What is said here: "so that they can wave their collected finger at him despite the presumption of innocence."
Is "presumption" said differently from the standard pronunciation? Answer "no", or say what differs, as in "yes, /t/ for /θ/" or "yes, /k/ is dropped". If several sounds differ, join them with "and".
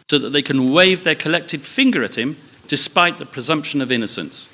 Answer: no